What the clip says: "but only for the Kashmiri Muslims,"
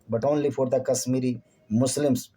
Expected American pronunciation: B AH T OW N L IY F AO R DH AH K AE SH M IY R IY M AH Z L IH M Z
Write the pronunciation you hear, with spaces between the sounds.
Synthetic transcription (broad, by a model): B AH T OW N L IY F AO R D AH K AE S M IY R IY M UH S L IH M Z